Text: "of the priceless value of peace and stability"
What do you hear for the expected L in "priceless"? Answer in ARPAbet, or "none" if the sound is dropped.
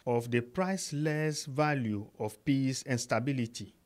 L